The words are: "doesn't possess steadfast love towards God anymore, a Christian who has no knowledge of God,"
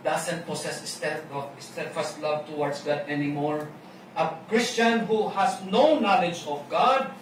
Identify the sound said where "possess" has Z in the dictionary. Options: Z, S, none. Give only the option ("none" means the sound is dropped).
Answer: S